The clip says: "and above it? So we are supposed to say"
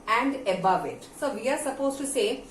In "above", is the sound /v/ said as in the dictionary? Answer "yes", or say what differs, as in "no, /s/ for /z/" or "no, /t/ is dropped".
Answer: yes